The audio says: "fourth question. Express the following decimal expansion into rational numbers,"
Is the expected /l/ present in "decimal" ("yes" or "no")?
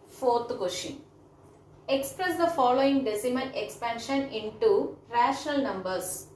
no